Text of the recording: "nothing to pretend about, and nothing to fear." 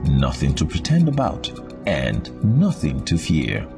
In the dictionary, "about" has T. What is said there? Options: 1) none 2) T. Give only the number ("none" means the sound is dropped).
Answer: 2